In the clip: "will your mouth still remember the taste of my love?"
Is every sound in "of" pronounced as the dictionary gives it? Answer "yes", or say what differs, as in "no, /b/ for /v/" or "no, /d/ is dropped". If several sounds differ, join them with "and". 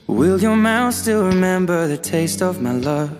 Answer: yes